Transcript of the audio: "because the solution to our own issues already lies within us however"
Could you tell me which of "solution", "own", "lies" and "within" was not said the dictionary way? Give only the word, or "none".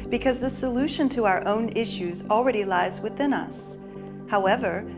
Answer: none